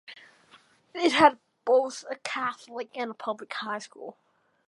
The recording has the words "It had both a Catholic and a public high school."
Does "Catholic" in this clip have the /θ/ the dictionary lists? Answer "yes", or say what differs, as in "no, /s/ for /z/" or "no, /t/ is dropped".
yes